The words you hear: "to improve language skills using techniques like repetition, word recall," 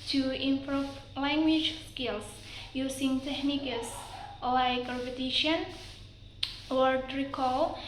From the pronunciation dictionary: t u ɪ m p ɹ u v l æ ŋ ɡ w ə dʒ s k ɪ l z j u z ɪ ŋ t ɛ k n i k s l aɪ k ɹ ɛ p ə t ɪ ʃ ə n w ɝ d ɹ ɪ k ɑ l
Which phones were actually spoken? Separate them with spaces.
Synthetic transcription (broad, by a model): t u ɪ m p ɹ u f l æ ŋ ɡ w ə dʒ s k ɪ l s j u s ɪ ŋ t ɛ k n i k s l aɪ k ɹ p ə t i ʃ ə n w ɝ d ɹ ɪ k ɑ l